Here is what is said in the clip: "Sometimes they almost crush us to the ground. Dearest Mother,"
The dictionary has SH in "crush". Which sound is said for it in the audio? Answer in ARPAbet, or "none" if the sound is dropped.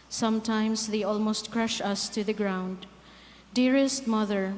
SH